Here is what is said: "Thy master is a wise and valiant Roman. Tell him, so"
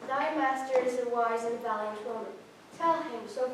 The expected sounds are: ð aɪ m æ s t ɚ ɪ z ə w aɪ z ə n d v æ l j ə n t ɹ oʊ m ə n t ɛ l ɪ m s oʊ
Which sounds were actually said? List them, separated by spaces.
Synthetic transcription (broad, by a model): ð aɪ m æ s t ɚ ɪ z ə w aɪ z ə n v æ l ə t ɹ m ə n t ɛ l ɪ m s oʊ